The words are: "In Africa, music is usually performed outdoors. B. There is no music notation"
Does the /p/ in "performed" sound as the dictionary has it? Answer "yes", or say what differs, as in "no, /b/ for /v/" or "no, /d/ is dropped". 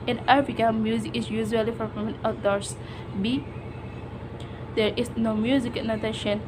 no, /f/ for /p/